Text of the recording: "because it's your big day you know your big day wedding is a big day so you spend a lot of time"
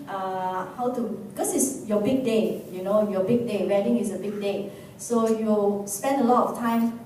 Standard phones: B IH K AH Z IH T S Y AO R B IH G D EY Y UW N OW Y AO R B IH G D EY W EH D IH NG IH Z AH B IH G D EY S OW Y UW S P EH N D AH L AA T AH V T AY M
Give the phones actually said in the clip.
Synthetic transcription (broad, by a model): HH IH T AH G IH S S Y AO B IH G D EY Y UW N OW Y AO B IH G D EY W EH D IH NG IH S AH B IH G D EY S OW Y UW S P EH N D AH L AA T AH F T AY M